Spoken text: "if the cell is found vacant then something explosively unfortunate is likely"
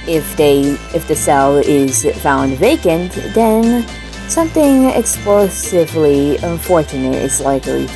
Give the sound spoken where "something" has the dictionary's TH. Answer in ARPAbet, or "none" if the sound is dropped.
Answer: TH